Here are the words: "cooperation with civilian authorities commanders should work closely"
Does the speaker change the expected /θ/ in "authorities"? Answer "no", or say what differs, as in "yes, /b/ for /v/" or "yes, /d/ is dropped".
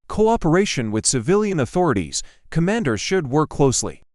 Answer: no